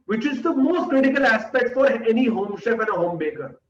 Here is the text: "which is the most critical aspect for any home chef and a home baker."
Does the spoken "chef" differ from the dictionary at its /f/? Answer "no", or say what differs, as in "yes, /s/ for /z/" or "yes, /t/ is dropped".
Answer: yes, /p/ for /f/